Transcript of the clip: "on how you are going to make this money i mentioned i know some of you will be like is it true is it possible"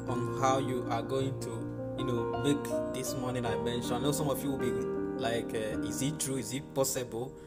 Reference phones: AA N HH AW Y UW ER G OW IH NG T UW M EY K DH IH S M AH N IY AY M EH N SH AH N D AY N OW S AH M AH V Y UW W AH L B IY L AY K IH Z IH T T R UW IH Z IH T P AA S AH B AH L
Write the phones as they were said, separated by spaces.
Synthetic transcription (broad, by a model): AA N HH AW Y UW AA G OW IH NG T UW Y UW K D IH S M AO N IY AY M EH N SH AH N AY N OW S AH M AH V Y UW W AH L B IY L AY K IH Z IH T T R UW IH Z IH T P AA S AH B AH L